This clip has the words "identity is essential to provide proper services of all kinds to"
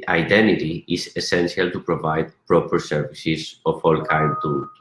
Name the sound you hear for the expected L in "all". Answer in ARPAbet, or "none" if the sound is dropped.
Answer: L